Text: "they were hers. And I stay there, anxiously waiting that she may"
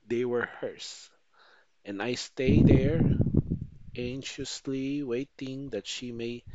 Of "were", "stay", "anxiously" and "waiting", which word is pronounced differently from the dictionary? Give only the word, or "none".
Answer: anxiously